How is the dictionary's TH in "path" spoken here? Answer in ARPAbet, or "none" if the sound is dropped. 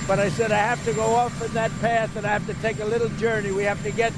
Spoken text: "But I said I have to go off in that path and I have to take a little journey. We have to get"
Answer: TH